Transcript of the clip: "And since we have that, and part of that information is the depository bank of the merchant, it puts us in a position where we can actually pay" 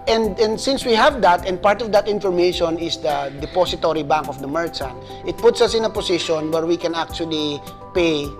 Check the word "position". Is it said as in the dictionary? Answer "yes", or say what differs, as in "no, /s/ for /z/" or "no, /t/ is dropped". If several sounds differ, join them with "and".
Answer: no, /s/ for /z/